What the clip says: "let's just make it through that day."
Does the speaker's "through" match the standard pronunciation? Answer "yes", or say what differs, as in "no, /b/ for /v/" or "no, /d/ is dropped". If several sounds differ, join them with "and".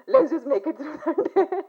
no, /s/ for /θ/